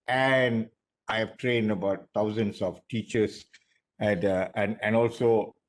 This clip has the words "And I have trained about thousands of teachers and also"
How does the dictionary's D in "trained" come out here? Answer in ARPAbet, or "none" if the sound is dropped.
D